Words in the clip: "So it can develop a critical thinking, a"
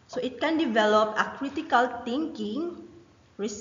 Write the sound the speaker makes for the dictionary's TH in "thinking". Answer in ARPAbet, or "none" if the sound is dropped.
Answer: T